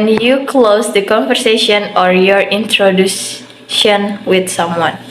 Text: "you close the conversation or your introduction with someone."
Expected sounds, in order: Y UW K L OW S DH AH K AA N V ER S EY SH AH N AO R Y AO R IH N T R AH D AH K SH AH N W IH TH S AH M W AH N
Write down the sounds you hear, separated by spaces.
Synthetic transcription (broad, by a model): Y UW K L OW S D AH K AA N V ER S EY SH AH N AO R Y AO R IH N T R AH D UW SH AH N W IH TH S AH M W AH N